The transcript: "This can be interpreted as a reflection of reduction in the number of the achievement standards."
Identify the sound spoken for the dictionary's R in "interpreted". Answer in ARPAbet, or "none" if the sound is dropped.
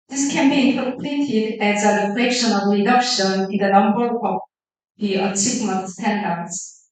L